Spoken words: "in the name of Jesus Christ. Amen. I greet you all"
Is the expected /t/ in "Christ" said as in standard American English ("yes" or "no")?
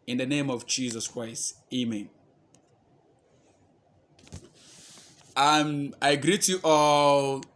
yes